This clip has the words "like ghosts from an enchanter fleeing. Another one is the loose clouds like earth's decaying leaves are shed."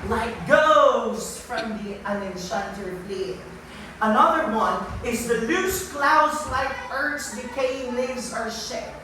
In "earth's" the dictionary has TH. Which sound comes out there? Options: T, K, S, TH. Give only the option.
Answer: T